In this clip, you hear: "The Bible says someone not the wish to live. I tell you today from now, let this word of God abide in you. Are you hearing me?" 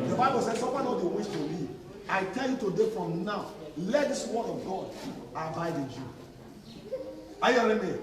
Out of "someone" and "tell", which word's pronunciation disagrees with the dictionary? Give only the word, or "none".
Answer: someone